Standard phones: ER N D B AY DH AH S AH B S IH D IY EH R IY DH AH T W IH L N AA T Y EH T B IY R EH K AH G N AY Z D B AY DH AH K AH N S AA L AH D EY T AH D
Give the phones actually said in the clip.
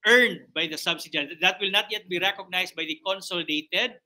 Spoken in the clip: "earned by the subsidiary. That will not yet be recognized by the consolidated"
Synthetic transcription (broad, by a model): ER N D B AY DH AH S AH B S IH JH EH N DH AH T W IH L N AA T Y EH T B IY R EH K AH G N AY S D B AY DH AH K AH N S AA L D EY T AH D